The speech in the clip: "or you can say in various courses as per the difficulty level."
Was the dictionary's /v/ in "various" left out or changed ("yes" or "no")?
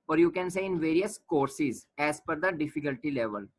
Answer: no